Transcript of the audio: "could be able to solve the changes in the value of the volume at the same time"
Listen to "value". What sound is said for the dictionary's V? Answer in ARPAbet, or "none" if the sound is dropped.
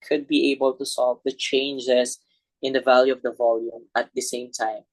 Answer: V